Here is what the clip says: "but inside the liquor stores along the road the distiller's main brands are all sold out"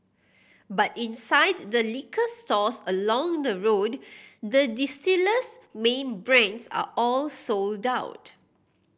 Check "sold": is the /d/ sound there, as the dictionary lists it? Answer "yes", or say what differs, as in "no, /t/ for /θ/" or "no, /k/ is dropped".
yes